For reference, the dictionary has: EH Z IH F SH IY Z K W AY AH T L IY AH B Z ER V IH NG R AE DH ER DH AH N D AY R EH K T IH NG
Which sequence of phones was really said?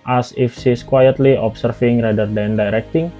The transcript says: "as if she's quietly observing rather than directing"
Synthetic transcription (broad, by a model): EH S IH F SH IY S K W AY AH T L IY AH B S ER F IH NG R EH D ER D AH N D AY R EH K T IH NG